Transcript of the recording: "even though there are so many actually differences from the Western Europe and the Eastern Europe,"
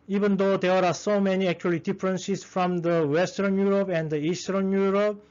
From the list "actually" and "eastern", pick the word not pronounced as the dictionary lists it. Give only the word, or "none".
none